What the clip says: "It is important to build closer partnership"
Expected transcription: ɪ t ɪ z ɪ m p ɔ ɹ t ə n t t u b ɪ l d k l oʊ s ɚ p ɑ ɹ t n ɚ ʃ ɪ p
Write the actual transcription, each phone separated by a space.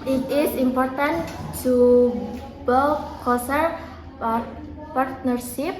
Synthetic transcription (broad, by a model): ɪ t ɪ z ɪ m p ɔ ɹ t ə n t t u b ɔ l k oʊ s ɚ p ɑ ɹ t n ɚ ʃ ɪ p